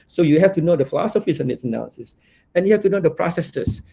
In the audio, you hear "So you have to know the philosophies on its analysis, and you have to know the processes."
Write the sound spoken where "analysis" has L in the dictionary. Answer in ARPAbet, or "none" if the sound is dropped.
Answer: none